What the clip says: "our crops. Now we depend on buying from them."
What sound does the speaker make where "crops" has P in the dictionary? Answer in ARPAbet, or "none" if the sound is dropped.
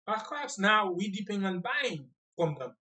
none